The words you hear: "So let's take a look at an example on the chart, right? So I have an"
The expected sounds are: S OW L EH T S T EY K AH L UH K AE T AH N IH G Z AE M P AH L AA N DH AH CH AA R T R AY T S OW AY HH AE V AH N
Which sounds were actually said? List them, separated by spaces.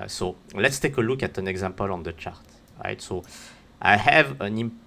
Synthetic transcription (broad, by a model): S OW L EH T S T EY K AH L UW K AE T AH N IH G Z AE M P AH L AA N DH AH CH AA R T R AY T S OW AY HH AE V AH N